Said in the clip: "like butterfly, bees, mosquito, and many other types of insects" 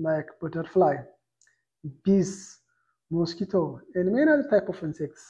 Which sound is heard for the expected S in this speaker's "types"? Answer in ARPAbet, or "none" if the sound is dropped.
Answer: none